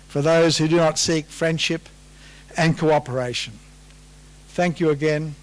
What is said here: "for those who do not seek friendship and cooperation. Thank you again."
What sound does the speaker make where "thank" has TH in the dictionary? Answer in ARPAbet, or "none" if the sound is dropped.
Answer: TH